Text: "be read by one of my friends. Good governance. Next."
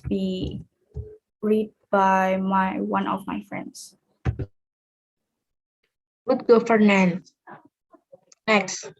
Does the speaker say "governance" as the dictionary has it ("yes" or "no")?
no